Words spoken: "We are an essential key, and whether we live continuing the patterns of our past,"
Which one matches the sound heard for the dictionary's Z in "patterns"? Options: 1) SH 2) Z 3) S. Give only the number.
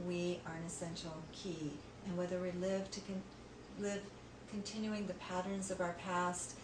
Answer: 2